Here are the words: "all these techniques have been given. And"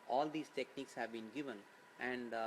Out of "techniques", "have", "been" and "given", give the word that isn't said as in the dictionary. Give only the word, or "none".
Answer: none